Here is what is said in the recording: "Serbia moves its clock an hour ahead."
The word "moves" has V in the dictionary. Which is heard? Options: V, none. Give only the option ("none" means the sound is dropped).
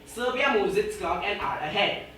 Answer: none